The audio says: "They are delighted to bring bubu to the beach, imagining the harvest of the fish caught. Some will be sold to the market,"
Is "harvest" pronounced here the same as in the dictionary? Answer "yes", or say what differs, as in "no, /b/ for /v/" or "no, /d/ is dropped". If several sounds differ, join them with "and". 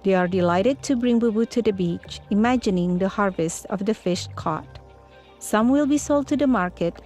yes